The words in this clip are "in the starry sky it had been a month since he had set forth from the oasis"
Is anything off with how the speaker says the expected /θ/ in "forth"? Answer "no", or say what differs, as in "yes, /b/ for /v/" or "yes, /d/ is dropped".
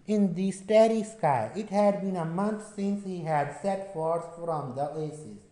yes, /s/ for /θ/